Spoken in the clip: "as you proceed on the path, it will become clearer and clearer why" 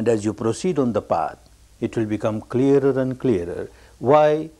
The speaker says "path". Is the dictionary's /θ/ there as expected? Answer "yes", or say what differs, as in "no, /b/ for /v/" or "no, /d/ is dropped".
no, /t/ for /θ/